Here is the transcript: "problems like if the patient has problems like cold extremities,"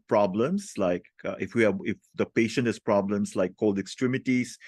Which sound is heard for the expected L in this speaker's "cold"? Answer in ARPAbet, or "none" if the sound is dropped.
L